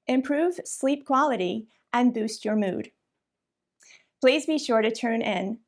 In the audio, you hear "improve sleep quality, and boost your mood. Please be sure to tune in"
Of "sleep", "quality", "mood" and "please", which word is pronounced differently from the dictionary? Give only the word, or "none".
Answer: none